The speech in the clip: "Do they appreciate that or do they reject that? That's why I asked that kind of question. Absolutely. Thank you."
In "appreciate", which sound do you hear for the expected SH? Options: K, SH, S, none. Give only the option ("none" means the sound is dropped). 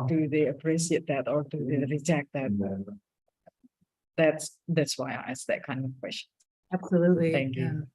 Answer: S